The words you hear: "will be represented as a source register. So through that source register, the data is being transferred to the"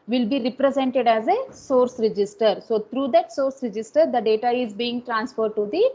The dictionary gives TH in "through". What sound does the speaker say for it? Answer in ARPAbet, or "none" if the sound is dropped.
T